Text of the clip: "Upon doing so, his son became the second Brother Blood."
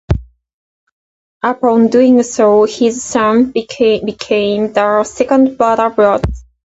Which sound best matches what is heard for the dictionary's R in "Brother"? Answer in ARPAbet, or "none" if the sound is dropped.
none